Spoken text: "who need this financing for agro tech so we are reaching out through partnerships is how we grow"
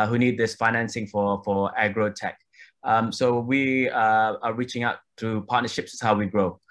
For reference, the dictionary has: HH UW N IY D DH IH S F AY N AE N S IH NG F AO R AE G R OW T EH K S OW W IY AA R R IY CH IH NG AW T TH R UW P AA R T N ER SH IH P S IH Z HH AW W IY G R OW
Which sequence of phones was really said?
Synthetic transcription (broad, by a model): HH UW N IY D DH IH S F AY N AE N S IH NG F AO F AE G R OW T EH K S OW W IY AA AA R IY CH IH NG AW T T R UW P AA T N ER SH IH P S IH S HH AW W IY G R OW